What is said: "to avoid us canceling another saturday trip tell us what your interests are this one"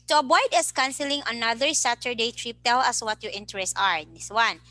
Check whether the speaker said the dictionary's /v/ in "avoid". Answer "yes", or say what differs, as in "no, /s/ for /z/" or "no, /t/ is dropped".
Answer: no, /b/ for /v/